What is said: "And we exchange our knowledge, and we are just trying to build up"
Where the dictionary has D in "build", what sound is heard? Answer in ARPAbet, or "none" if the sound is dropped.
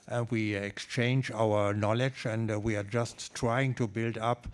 D